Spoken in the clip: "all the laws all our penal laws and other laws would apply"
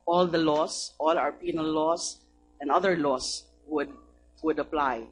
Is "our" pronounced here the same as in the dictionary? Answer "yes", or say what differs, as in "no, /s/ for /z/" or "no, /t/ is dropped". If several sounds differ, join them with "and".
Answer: yes